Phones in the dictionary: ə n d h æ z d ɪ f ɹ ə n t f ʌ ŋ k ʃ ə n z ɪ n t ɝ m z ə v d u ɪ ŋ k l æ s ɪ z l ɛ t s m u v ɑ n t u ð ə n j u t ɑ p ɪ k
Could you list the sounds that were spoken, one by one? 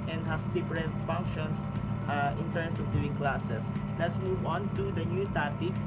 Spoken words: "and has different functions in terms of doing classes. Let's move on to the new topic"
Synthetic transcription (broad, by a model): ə n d h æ s d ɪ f ɹ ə n t f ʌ ŋ k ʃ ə n s ɪ n t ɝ m s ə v d u ɪ ŋ k l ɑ s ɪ s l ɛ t s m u w ɑ n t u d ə n j u t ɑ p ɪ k